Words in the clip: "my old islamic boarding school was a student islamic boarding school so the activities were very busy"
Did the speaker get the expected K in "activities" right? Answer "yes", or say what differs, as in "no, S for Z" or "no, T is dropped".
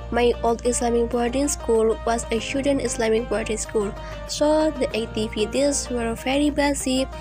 no, K is dropped